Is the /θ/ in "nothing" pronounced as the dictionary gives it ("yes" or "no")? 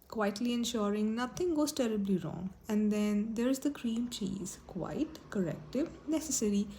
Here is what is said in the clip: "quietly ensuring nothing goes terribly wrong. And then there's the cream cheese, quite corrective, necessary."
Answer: no